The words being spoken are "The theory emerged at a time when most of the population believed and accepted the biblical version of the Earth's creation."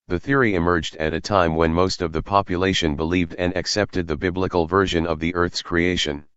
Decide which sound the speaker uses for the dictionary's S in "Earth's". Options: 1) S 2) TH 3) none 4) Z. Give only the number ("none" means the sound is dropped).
1